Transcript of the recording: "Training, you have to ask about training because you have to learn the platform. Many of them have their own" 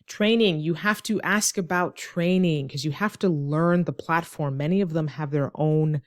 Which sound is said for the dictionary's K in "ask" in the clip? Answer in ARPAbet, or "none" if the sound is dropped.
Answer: K